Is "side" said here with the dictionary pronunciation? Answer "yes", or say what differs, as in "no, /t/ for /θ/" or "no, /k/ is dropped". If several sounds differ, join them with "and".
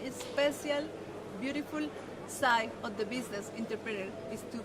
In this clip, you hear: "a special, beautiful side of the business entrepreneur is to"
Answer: no, /d/ is dropped